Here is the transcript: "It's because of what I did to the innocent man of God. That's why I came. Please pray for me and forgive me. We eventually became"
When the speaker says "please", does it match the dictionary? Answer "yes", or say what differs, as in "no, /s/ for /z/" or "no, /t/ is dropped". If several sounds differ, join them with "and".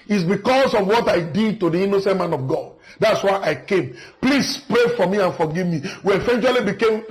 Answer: no, /s/ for /z/